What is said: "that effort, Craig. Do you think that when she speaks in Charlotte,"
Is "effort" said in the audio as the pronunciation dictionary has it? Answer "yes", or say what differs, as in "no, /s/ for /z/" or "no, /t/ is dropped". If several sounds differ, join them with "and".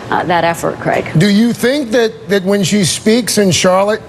yes